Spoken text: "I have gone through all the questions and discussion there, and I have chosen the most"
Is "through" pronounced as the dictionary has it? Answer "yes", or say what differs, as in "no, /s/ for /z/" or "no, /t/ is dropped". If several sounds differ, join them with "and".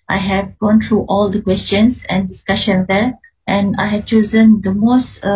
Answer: no, /t/ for /θ/